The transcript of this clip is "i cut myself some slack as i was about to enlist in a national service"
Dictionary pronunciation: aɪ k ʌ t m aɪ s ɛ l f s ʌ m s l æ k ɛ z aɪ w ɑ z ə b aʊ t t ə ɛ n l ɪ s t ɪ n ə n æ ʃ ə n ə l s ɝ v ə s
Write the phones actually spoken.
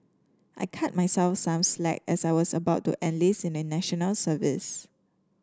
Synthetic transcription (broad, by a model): aɪ k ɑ t m aɪ s ɛ l f s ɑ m s l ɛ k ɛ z aɪ w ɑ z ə b aʊ t t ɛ n l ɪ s ɪ n ə n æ ʃ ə n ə l s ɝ v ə s